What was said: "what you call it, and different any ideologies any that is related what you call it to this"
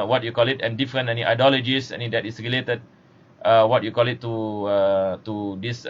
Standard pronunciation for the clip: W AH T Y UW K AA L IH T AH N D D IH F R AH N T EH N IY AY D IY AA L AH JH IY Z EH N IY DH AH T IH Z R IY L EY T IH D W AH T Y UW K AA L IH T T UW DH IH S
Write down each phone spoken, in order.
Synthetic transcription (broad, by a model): W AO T Y UW K AA L IH T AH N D D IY F R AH N EH N IY AY D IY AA L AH JH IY S EH N IY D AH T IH S R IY L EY T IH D W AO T Y UW K AA L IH T T UW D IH S